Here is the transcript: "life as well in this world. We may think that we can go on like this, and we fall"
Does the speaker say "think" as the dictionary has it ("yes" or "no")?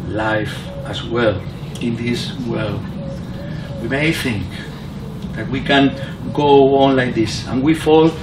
yes